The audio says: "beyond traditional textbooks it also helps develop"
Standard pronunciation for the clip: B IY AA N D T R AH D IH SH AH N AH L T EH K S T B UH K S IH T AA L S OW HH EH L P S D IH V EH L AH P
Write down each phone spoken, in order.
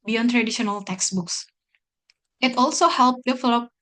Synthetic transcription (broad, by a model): B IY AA N T R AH D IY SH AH N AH L T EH K S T B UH K S IH T AA L S OW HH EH L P D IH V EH L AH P